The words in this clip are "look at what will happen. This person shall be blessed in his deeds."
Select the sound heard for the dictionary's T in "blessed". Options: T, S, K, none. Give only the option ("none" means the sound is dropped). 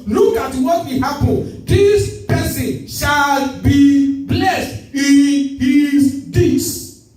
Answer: T